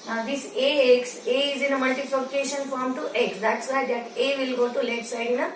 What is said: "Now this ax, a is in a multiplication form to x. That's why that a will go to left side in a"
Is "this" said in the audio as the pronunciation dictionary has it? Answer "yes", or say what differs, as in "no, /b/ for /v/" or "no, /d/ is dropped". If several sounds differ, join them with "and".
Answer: no, /s/ is dropped